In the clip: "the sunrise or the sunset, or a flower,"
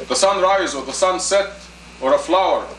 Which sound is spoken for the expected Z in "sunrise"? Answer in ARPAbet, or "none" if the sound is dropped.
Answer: Z